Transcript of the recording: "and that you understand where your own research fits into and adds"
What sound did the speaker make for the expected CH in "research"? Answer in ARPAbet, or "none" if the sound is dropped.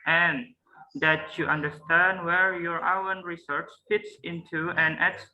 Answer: CH